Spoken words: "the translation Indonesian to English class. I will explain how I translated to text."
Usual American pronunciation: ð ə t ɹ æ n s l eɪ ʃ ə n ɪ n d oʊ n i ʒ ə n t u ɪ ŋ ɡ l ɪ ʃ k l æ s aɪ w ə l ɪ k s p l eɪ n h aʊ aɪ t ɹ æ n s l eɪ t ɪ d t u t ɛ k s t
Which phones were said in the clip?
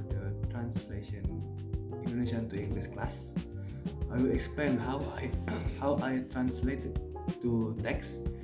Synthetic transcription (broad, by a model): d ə t ɹ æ n s l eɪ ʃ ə n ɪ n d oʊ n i ʃ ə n t u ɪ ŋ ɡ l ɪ s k l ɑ s aɪ w ə l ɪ k s p l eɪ n h aʊ aɪ t ɹ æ n s l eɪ t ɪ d t u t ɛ k s